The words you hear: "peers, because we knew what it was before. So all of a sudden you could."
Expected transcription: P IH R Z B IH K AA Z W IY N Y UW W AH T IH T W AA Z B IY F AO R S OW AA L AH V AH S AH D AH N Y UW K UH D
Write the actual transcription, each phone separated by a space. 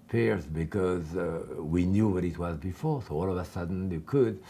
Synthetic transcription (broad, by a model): P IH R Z B IH K AA Z W IY N Y UW W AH T IH T W AA Z B IY F AO R S OW AA L AH V AH S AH D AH N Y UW K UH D